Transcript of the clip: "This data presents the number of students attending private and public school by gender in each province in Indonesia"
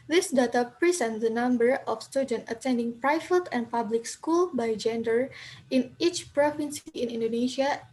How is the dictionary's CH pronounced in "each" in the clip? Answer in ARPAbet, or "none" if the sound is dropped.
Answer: CH